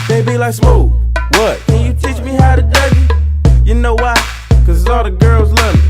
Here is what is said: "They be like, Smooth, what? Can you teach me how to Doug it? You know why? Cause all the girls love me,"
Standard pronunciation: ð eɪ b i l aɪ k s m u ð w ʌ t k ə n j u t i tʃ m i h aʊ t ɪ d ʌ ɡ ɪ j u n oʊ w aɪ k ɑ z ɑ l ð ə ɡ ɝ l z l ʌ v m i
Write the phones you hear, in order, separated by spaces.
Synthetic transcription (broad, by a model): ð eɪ b i l aɪ k s m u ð w ʌ t k ə n j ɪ t i tʃ m i h aʊ t ɪ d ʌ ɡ ɪ j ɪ n oʊ w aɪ k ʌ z ɑ l ð ə ɡ ɝ l z l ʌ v